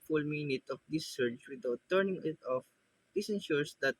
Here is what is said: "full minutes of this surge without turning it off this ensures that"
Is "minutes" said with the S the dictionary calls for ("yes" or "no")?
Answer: no